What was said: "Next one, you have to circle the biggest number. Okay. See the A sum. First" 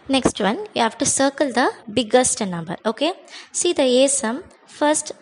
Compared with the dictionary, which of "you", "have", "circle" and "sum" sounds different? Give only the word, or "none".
have